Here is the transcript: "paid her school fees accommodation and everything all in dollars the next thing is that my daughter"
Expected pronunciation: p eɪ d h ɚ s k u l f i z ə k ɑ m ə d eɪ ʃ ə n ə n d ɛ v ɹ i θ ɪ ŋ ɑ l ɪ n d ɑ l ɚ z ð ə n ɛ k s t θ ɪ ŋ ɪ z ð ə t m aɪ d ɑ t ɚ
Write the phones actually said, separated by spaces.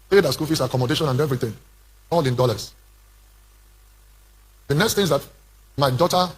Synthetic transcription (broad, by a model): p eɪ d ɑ s k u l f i s ə k ɑ m ə d eɪ ʃ ə n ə n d ɛ v ɹ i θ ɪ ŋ ɑ l ɪ n d ɑ l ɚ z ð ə n ɛ k s t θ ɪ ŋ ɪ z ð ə t m aɪ d ɑ t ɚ